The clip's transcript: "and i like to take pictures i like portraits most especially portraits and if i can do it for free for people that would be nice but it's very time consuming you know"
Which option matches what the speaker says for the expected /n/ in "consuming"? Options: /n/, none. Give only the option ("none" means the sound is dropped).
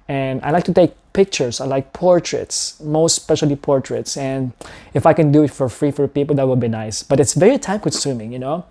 none